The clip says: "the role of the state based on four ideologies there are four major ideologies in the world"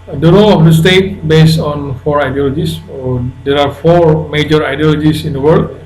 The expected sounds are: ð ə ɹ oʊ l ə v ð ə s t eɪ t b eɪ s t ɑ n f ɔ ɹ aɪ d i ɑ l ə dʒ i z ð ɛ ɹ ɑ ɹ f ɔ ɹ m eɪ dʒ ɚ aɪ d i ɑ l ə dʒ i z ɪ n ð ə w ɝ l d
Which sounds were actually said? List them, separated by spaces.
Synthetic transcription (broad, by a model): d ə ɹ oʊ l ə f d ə s t eɪ t b eɪ s t ɑ n f ɔ ɹ aɪ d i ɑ l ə dʒ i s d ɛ ɹ ɑ ɹ f ɔ ɹ m eɪ dʒ ɚ aɪ d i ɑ l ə dʒ i s ɪ n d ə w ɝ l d